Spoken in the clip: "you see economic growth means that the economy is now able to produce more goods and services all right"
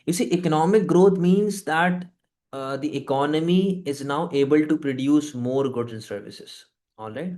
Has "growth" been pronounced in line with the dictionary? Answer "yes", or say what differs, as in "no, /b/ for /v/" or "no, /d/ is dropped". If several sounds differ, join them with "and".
no, /t/ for /θ/